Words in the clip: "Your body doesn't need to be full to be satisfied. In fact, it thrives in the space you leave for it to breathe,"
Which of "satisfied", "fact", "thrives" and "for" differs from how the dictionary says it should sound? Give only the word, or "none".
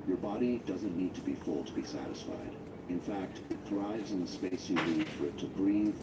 none